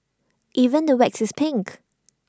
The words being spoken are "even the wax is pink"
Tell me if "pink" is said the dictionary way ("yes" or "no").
yes